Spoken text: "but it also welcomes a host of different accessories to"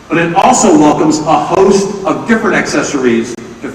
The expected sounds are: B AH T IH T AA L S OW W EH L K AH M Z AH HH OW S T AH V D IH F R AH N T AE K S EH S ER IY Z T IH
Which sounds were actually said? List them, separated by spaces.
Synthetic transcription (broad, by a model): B AH T IH T AA L S OW W EH L K AH M Z AH HH OW S T AH V D IH F R AH N T AE K S EH S ER IY Z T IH